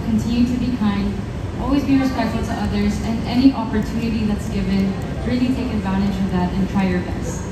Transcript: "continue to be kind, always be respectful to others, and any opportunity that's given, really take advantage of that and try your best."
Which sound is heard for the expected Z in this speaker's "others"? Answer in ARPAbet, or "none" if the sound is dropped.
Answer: Z